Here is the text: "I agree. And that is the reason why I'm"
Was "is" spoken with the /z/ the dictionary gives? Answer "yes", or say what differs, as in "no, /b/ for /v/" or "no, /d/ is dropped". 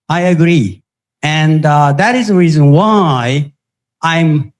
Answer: yes